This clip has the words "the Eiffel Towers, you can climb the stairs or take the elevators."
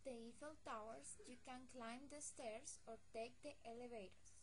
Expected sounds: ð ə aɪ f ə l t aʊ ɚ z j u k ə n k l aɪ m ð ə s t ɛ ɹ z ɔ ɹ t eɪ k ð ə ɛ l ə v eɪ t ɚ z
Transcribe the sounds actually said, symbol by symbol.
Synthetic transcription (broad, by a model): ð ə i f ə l t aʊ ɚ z j u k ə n k l aɪ m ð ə s t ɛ ɹ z ɔ ɹ t eɪ k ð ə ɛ l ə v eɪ t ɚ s